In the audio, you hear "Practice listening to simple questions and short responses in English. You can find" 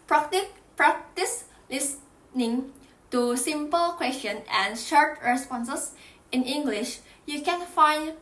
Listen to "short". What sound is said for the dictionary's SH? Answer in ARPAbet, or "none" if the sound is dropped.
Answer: SH